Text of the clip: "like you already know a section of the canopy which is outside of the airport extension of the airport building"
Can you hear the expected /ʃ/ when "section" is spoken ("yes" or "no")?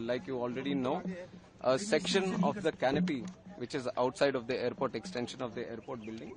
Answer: yes